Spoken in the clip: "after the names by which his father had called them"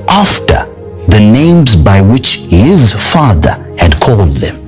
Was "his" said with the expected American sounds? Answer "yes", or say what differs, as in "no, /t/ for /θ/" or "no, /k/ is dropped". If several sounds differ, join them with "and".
yes